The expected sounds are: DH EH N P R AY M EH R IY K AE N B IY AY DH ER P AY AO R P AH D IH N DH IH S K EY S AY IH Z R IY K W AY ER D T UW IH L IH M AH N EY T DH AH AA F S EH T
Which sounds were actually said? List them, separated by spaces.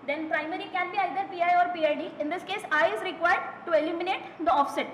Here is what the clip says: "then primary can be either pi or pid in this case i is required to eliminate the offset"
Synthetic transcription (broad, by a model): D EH N P R AY M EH R IY K AE N B IY AY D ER P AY AO R P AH D IH N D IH S K EY S AY IH Z R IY K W AY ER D T UW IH L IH M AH N EY T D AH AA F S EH T